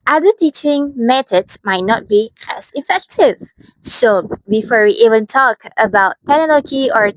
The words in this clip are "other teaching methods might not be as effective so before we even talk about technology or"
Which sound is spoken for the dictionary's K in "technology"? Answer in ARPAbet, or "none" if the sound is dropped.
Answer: none